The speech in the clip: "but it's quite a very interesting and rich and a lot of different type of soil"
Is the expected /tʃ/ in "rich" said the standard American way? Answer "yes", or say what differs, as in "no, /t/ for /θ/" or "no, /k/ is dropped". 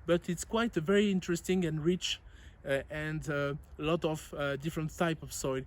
yes